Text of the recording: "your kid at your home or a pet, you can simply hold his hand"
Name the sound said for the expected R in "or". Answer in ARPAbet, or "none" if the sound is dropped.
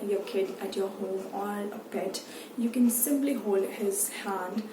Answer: L